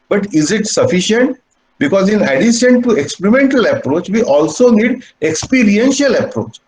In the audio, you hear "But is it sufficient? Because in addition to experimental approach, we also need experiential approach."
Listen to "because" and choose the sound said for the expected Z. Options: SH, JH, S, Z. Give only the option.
Z